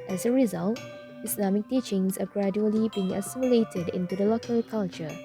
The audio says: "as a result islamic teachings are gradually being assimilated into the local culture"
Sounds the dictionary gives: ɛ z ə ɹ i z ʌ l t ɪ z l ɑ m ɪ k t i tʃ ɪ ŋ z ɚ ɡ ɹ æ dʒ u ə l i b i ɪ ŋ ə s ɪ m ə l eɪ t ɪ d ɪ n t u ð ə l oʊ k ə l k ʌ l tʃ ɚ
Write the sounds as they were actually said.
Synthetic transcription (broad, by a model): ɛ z ə ɹ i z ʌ l t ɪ s l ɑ m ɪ k t i tʃ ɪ ŋ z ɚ ɡ ɹ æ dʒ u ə l i b i ɪ ŋ ə s ɪ m ə l eɪ t ɪ d ɪ n t u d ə l oʊ k ə l k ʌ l tʃ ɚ